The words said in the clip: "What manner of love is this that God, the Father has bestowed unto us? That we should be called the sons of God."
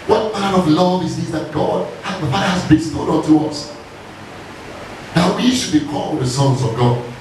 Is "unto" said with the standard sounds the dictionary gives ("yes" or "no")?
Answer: no